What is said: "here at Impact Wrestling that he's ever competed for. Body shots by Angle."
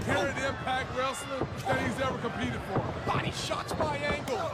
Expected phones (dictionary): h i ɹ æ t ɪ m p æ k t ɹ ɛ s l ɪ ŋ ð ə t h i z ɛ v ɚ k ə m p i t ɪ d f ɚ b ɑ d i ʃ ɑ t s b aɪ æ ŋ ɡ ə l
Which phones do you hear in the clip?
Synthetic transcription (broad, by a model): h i ɹ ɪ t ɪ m p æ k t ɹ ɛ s n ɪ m ð ə t h i z ɛ v ɚ k ə m p i t ɪ d f ɚ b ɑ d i ʃ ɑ t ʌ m aɪ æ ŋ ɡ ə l